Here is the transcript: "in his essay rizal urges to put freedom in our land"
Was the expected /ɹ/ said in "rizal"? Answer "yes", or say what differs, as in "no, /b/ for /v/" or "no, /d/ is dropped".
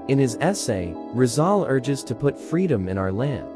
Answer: yes